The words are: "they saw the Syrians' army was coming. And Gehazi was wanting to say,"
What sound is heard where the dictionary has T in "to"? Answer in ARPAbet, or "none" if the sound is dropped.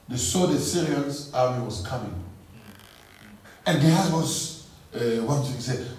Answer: S